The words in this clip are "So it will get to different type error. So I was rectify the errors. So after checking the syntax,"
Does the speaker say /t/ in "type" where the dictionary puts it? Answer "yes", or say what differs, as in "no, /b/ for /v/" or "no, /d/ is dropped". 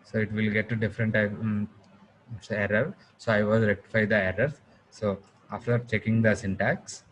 no, /s/ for /t/